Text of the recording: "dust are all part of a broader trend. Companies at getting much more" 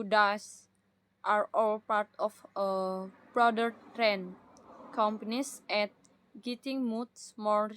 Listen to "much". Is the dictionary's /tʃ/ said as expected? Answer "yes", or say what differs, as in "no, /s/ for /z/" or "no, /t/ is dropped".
no, /s/ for /tʃ/